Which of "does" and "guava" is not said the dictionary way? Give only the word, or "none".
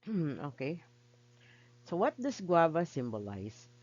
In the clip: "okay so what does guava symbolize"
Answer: does